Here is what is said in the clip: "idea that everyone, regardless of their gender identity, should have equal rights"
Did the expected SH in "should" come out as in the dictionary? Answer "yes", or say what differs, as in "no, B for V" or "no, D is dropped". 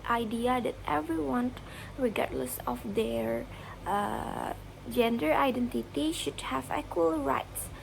yes